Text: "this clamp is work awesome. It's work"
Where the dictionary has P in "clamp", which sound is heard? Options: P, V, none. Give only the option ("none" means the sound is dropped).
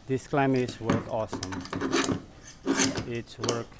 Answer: none